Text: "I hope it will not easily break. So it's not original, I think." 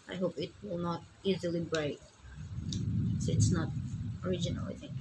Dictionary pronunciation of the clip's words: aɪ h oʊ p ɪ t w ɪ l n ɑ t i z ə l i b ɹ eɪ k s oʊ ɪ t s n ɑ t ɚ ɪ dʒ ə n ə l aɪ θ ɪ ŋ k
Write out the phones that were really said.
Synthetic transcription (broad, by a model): aɪ h oʊ p ɪ t w ɪ l n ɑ t i z ə l i b ɹ eɪ k s oʊ ɪ t s n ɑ t ɚ ɪ dʒ ə n ə l aɪ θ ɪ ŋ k